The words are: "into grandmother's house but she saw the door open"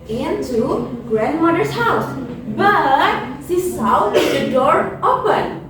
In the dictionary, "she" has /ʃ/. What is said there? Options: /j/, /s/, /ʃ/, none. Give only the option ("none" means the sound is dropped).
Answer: /s/